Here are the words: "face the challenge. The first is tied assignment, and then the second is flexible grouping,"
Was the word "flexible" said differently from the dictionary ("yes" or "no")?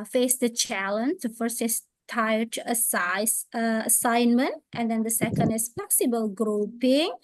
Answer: yes